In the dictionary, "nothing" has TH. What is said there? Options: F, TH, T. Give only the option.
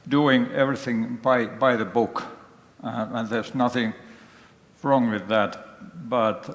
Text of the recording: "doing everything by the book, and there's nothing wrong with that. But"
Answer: TH